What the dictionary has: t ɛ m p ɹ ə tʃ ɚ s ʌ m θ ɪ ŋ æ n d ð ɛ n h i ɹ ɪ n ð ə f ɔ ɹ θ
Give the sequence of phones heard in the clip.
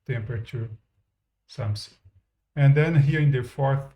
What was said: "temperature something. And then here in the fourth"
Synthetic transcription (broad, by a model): t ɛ m p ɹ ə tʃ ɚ s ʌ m s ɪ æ n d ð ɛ n h i ɹ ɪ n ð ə f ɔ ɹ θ